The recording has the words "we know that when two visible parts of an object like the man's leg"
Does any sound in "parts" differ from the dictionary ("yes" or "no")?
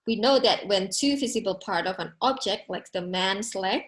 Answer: yes